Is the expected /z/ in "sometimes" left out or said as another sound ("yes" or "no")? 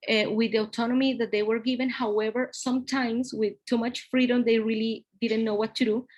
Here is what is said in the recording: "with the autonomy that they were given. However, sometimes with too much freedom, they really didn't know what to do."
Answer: yes